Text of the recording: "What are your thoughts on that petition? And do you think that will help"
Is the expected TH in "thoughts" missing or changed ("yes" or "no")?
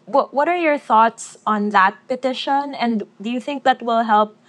no